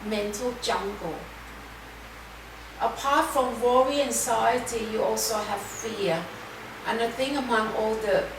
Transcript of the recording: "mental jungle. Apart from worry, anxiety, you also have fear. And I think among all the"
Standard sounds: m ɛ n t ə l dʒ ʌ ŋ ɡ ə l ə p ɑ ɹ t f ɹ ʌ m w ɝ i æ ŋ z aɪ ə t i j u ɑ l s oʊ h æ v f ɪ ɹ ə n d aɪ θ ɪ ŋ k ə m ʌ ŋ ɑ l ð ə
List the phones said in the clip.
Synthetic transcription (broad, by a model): m ɛ n t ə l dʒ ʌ ŋ ɡ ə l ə p ɑ t f ɹ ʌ m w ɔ i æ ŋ s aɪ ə t i j u ɑ l s oʊ h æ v f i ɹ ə n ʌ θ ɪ ŋ ə m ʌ ŋ ɑ l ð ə